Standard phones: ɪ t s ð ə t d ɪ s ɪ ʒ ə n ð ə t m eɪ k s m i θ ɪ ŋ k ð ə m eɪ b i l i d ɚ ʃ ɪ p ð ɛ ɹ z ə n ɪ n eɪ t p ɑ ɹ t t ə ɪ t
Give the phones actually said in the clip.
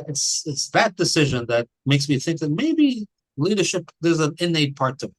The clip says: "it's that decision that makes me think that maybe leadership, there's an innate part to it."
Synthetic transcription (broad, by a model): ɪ t s ð ə t d ɪ s ɪ ʒ ə n ð ə t m eɪ k s m i θ ɪ ŋ k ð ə m eɪ b i l i d ɚ ʃ ɪ p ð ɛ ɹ z ə n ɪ n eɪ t p ɑ ɹ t t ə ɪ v